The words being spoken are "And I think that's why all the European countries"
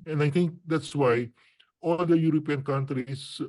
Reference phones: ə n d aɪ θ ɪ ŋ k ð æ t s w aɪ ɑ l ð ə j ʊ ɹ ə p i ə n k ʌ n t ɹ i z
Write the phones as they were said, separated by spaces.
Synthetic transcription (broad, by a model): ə n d aɪ t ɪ ŋ k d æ t s w aɪ ɑ l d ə j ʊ ɹ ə p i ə n k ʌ n t ɹ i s